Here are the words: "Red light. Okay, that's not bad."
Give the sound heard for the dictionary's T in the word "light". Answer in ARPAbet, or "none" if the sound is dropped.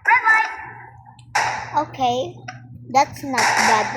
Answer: none